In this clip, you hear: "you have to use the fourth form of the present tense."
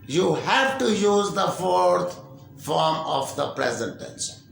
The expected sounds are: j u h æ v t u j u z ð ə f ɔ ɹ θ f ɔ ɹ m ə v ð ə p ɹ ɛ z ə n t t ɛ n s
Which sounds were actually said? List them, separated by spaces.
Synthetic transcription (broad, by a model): j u h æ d t u j u z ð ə f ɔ ɹ t f ɔ ɹ m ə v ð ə p ɹ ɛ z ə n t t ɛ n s